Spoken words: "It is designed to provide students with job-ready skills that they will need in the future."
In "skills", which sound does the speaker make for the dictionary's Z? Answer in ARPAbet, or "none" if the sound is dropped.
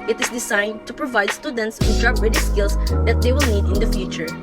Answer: S